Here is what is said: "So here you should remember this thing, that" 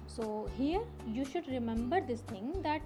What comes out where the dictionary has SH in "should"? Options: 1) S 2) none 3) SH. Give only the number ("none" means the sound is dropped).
3